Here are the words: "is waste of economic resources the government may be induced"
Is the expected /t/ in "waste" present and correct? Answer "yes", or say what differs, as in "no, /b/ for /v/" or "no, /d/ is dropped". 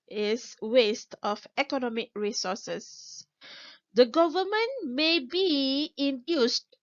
yes